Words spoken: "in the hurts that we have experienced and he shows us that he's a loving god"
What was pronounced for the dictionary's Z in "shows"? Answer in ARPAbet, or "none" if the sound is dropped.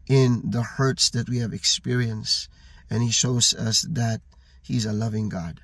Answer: Z